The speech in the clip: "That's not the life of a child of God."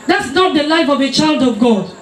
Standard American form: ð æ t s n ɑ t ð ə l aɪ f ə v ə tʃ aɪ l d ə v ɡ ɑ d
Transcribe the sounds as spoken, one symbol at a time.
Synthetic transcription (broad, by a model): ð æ t s n ɑ t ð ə l aɪ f ə v ə tʃ aɪ l d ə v ɡ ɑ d